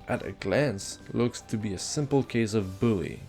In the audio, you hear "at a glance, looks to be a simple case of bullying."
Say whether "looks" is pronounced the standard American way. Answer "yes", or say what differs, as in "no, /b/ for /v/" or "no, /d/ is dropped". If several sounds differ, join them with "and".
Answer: yes